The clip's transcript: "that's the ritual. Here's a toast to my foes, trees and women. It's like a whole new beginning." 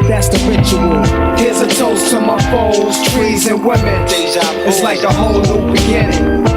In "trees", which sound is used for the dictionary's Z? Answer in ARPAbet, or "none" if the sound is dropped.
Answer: Z